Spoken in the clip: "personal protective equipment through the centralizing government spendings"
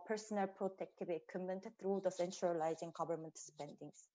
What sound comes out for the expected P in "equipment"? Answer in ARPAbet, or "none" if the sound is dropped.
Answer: none